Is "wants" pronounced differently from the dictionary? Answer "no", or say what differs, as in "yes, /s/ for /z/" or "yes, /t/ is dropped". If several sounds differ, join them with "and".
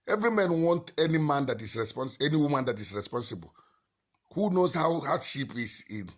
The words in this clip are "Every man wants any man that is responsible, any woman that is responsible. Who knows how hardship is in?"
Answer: yes, /s/ is dropped